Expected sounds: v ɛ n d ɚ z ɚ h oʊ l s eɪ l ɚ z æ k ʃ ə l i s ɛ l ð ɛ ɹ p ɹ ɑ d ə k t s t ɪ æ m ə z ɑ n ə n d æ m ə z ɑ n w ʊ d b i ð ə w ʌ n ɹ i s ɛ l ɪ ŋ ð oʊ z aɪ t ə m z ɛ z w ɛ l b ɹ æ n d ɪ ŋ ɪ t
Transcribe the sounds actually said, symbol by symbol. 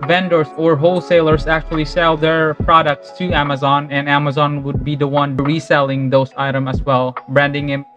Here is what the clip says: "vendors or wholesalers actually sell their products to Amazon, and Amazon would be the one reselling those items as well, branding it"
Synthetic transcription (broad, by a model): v ɛ n d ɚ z ɚ h oʊ l s eɪ l ɚ z æ k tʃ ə l i s ɛ l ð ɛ ɹ p ɹ ɑ d ə k t s t ɪ æ m ə z ɑ n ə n æ m ə z ɑ n w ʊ d b i ð ə w ʌ n ɹ i s ɛ l ɪ ŋ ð oʊ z aɪ t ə m ʌ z w ɛ l b ɹ æ n d ɪ ŋ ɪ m